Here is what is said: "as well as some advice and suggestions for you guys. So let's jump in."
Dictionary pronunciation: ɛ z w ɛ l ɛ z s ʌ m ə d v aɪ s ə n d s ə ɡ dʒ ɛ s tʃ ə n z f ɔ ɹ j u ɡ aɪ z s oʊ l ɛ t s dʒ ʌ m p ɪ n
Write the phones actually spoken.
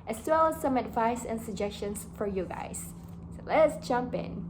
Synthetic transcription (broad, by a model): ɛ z w ɛ l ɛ s ʌ m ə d v aɪ s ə n s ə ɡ dʒ ɛ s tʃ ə n s f ɔ ɹ j u ɡ aɪ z s oʊ l ɛ t s dʒ ʌ m p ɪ n